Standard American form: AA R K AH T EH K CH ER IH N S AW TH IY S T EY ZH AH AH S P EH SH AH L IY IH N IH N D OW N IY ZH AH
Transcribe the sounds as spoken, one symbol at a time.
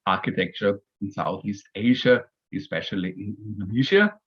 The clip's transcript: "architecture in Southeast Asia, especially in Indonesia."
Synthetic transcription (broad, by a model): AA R K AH T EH K CH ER IH N S AW TH IY S T EY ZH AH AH S P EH SH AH L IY IH N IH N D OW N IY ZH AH